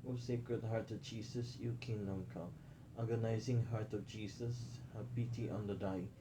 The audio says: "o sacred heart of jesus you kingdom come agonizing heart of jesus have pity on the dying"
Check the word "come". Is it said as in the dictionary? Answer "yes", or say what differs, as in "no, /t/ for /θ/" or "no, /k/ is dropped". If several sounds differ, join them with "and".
no, /m/ is dropped